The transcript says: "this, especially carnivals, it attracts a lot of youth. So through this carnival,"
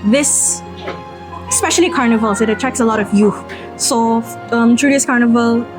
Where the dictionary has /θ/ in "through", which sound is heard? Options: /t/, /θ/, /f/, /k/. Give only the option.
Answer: /t/